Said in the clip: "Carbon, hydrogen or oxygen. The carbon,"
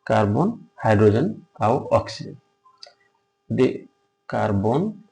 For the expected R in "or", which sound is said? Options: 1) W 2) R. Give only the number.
1